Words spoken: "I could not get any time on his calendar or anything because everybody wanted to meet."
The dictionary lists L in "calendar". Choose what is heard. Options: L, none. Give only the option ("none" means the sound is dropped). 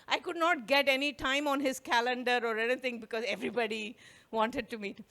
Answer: L